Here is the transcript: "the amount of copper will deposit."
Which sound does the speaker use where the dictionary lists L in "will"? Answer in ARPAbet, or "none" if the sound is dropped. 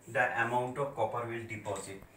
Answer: L